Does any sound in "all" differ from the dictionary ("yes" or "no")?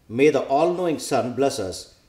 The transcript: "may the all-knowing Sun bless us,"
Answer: no